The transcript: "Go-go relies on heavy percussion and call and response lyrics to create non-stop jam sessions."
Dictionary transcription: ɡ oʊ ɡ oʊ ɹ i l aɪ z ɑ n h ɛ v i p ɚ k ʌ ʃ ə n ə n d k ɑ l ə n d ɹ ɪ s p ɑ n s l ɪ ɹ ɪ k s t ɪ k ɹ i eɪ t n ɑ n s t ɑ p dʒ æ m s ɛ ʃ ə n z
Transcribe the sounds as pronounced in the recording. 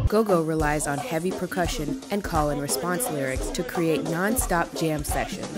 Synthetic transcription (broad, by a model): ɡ oʊ ɡ oʊ ɹ i l aɪ z n h ɛ v i p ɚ k ʌ ʃ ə n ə n k ɑ l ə n ɹ ɪ s p ɑ n s l ɪ ɹ ɪ k s t ɪ k ɹ i eɪ t n ɑ n s t ɑ p dʒ æ m s ɛ ʃ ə n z